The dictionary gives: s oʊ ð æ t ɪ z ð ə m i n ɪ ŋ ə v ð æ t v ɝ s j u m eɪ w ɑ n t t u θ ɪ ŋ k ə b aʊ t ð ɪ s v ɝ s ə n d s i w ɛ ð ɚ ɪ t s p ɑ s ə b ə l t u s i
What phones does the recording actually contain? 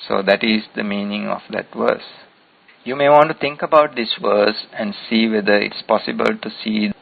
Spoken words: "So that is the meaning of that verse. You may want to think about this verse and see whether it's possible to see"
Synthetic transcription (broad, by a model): s oʊ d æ t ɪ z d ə m i n ɪ ŋ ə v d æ t v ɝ s j u m eɪ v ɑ n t t u t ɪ ŋ k ə b aʊ t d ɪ s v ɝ s ə n d s i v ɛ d ɚ ɪ t s p ɑ s ə b ə l t u s i